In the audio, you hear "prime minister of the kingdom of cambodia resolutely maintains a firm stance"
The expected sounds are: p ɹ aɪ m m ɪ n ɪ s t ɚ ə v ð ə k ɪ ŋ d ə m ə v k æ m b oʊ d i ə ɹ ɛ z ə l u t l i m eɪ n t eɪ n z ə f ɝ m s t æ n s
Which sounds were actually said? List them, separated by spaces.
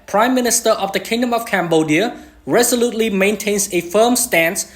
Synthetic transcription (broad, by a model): p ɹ aɪ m m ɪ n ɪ s t ɚ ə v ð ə k ɪ ŋ d ə m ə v k æ m b oʊ d i ə ɹ ɛ z ə l u t l i m eɪ n t eɪ n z ə f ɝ m s t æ n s